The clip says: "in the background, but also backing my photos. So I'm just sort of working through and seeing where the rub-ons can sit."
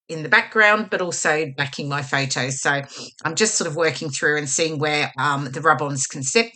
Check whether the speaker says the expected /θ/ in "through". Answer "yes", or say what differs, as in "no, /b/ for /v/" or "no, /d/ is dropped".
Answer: yes